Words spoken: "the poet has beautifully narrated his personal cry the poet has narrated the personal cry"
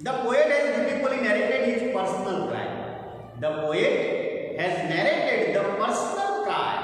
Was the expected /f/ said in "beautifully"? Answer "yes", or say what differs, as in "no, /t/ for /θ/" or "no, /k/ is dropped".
no, /f/ is dropped